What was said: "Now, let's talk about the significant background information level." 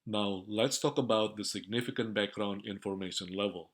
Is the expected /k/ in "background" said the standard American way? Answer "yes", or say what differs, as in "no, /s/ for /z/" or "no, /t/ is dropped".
yes